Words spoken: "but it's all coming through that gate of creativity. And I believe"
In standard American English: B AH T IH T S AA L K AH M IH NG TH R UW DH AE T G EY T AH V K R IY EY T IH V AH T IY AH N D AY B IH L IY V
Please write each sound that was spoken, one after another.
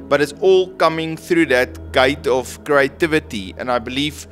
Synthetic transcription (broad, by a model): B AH T IH T S AA L K AH M IH NG TH R UW DH AE T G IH T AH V K R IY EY T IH V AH T IY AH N AY B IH L IY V